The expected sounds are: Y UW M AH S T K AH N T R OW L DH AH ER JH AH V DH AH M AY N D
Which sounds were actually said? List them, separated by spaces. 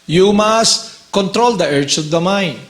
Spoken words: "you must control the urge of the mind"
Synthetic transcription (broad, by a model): Y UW M AH S T K AH N T R OW L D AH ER CH AH V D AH M AY N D